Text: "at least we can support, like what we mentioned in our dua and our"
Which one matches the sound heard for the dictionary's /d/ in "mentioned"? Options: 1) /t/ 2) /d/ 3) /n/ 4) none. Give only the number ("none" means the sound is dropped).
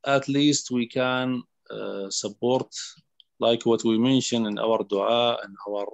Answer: 4